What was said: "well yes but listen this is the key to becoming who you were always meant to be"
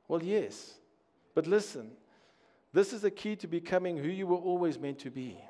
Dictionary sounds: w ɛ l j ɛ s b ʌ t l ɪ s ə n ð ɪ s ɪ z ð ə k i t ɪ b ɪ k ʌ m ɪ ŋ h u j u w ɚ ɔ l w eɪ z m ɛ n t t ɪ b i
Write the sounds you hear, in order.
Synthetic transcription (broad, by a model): w ɛ l j ɛ s b ʌ t l ɪ s ə n ð ɪ s ɪ z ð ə k i t ɪ b ɪ k ʌ m ɪ ŋ h u j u w ɚ ɔ l w eɪ z m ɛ n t t ɪ b i